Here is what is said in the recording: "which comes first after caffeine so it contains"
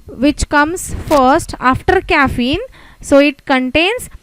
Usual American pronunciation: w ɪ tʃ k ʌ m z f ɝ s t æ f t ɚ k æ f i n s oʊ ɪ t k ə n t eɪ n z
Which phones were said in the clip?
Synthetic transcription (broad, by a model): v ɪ tʃ k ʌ m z f ɝ s t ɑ f t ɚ k æ f i n s oʊ ɪ t k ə n t eɪ n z